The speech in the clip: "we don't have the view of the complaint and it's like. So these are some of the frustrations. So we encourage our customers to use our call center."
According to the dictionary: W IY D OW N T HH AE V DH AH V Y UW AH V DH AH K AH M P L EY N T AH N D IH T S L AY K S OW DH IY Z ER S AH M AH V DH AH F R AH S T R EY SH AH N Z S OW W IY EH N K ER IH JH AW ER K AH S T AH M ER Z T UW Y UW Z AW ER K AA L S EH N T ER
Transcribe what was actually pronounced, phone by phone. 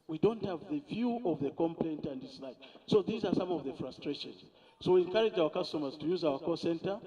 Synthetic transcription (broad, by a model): W IY D OW N T HH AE V DH AH V Y UW AH V DH AH K AH M P L EY N T AH N D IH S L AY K S OW DH IY Z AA S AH M AH V DH AH F R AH S T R EY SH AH N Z S OW W IY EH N K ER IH JH AW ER K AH S T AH M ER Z T UW Y UW Z AW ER K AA S EH N T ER